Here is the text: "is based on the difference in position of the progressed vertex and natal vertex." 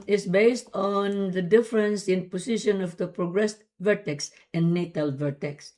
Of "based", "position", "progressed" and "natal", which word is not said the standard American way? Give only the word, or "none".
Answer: position